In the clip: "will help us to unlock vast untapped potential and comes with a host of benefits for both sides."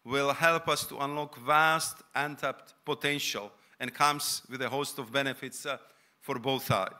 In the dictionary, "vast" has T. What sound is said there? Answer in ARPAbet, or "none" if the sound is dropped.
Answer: T